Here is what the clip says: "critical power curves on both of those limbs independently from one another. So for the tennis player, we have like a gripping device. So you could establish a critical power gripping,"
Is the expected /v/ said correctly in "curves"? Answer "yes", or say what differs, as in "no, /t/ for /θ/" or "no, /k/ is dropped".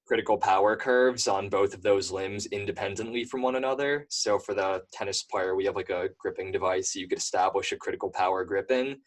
yes